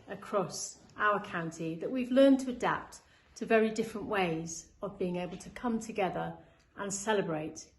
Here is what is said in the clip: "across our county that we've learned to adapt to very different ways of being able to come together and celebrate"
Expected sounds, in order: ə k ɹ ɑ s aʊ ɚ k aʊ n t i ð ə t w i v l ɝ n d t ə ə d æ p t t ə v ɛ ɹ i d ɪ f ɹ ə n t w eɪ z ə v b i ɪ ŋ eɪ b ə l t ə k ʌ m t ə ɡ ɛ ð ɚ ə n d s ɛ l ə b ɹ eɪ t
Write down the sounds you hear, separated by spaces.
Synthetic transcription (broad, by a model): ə k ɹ ɑ s aʊ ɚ k aʊ n t i ð ə t w i v l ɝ n t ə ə d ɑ p t t ə v ɛ ɹ i d ɪ f ɹ ə n t w eɪ z ə v b i ɪ ŋ eɪ b ə l t ə k ʌ m t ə ɡ ɛ ð ɚ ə n s ɛ l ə b ɹ eɪ t